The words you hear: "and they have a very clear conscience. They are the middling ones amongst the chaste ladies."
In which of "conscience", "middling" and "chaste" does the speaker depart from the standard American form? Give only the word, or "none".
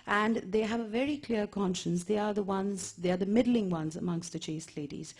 none